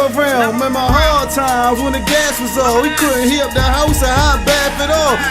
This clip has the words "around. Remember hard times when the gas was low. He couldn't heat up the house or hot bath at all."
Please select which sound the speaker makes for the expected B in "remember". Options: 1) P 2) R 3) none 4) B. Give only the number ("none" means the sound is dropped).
3